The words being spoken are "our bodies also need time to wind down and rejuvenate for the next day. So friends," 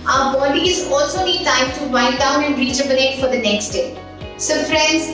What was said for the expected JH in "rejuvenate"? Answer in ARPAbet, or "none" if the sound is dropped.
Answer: CH